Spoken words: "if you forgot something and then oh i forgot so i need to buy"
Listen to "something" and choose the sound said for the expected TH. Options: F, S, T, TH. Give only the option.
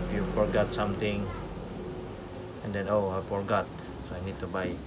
T